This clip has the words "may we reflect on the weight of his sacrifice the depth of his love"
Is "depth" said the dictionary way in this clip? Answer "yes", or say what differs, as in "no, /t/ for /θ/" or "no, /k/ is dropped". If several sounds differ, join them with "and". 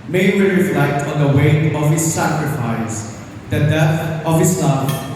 no, /p/ is dropped